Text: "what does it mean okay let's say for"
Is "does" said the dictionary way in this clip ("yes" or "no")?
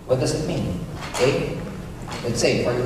yes